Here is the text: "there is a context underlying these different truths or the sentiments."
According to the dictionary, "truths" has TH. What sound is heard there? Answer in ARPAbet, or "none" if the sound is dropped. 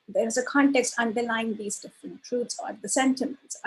T